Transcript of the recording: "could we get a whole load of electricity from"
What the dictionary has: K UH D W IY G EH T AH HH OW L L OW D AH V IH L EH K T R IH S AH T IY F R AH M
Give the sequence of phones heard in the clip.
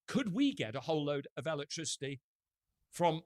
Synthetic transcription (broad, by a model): K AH D W IY G EH T AH HH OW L L OW D AH V IH L EH K T R IH S AH T IY F R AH M